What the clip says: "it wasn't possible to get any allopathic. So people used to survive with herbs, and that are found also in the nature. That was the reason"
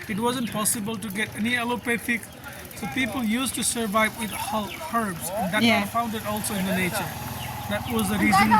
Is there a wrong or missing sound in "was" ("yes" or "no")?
no